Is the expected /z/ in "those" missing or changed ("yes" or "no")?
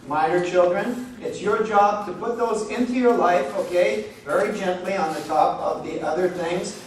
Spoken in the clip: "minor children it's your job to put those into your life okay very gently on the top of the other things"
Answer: no